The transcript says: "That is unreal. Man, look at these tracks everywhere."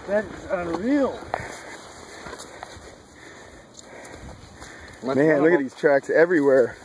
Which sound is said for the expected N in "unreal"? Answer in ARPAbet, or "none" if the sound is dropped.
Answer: none